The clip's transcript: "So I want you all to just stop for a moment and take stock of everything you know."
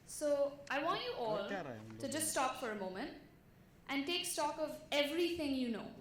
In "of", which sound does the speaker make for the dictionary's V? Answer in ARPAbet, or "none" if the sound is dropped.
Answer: V